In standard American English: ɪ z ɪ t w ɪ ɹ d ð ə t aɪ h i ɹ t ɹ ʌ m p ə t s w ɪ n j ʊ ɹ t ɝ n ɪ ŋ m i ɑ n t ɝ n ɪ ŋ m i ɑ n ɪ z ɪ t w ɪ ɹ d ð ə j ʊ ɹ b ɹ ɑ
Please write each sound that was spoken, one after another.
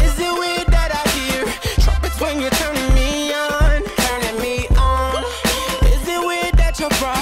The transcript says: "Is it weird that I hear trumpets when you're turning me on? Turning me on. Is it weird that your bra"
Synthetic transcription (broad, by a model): ɪ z ɪ t w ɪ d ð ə t aɪ h i ɹ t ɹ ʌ p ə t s w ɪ n j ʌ ɹ t ɝ n ɪ ŋ m i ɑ n t ɝ n ɪ ŋ m i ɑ n ɪ z ɪ t w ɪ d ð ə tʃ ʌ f ɹ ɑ